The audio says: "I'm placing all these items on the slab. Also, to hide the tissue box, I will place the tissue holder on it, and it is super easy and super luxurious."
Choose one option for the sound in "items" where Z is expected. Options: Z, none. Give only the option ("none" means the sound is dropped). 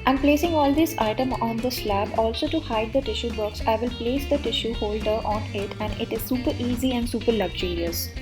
none